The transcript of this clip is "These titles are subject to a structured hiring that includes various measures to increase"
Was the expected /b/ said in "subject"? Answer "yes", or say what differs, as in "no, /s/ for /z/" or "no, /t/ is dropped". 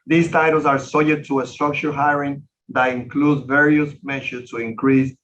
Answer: no, /b/ is dropped